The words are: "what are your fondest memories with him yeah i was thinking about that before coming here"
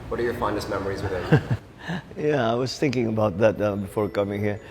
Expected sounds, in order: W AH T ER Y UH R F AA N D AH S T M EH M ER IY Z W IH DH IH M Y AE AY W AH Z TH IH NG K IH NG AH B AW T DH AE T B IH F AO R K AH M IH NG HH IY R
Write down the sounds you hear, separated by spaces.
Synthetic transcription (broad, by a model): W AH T ER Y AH R F AA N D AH S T M EH M ER IY Z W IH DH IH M Y AE AY W AH Z TH IH NG K IH NG AH B AW T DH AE T B IH F AO R K AH M IH NG HH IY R